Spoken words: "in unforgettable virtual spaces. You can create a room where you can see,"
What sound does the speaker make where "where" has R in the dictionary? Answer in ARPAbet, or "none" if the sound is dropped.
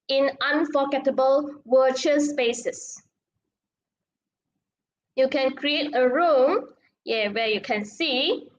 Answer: W